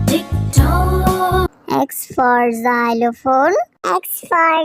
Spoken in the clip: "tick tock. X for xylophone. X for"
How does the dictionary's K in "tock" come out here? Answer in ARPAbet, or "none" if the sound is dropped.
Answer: none